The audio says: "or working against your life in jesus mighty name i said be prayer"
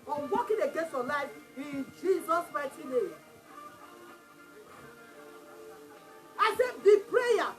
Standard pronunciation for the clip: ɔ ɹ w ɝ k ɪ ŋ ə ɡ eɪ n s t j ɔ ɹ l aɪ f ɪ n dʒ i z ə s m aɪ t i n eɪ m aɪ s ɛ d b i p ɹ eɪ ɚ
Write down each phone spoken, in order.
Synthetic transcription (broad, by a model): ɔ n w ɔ k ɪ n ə ɡ eɪ n s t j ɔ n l aɪ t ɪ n dʒ i z ə s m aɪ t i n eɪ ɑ aɪ s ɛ b i p ɹ eɪ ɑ